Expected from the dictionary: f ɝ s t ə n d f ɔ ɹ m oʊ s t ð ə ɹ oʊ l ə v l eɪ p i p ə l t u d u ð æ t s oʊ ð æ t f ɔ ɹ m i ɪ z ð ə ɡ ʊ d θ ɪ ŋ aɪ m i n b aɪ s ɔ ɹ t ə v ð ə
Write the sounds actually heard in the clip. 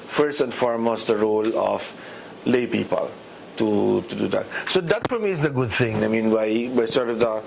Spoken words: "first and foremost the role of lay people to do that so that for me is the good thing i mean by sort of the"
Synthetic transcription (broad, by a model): f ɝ s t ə n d f ɔ ɹ m oʊ s t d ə ɹ oʊ l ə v l eɪ p i p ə l t u d u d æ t s oʊ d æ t f ɔ ɹ m i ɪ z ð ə ɡ ʊ d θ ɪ ŋ aɪ m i n b aɪ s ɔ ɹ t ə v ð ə